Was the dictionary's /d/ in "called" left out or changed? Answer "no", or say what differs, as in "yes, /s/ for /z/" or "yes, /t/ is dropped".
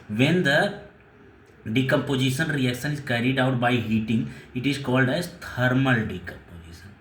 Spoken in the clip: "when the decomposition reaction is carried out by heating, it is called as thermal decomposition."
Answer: no